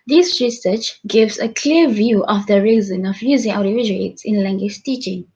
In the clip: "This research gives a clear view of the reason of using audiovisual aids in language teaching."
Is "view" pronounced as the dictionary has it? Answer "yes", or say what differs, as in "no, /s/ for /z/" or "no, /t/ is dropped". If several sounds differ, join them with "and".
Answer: yes